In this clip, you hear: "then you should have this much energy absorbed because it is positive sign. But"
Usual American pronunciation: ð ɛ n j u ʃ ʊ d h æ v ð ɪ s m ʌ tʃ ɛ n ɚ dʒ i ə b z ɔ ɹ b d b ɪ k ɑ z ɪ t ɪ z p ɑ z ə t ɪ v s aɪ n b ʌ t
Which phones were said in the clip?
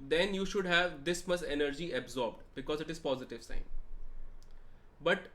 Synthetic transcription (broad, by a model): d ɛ n j u ʃ ʊ d h æ v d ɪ s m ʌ s ɛ n ɚ dʒ i ə b z ɔ ɹ b d b ɪ k ɑ z ɪ t ɪ z p ɑ z ə t ɪ v s aɪ n b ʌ t